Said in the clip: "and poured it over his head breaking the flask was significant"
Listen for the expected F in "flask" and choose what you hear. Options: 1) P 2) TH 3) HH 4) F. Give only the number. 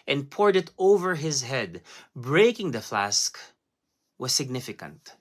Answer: 4